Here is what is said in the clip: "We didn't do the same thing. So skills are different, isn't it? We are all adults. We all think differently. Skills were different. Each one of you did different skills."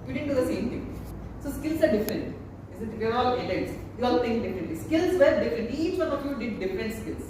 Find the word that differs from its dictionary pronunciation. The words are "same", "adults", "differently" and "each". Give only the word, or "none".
adults